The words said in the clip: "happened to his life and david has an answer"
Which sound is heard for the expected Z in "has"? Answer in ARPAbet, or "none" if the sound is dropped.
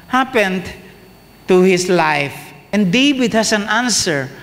S